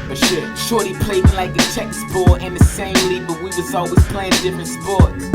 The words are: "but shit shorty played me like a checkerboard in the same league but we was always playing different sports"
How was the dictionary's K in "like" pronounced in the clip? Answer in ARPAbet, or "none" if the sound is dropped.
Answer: K